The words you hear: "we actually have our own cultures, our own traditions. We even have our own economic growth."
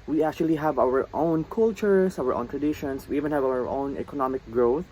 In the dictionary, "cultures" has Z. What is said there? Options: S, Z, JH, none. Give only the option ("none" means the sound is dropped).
S